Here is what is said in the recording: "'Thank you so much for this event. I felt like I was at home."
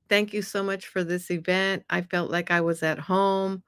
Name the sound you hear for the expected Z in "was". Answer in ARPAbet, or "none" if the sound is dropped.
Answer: Z